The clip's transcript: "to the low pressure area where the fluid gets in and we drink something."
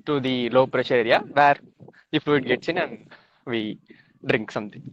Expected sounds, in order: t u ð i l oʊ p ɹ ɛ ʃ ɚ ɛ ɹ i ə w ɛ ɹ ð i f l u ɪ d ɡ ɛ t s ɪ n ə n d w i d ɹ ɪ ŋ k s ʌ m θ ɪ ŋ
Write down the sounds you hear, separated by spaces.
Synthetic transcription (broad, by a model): t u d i l oʊ p ɹ ɛ ʃ ɚ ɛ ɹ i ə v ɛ ɹ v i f u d ɡ ɛ t s ɪ n ə n d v i d ɹ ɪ ŋ k s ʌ m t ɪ ŋ